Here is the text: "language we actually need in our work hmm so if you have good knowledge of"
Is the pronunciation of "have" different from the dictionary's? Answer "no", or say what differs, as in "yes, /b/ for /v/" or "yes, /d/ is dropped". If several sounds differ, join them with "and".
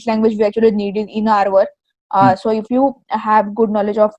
no